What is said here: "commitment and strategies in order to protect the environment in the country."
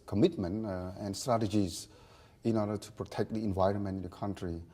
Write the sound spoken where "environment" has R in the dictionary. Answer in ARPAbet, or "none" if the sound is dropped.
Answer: R